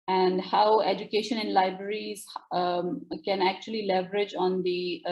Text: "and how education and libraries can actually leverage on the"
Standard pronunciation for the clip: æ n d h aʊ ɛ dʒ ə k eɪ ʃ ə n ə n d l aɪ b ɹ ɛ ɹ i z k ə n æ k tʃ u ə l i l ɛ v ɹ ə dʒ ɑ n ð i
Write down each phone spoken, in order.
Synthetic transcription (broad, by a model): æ n d h aʊ ɛ dʒ ə k eɪ ʃ ə n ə n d l aɪ b ɹ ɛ ɹ i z k ə n æ k tʃ u ə l i l ɛ v ɹ ə dʒ ɑ n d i